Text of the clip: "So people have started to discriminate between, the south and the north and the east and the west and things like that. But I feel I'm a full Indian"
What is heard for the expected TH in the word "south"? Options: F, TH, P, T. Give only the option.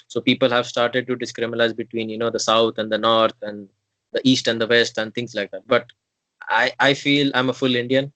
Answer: T